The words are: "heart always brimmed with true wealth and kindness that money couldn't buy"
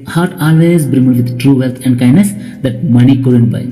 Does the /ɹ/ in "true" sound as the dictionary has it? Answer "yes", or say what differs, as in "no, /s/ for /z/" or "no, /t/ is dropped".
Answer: yes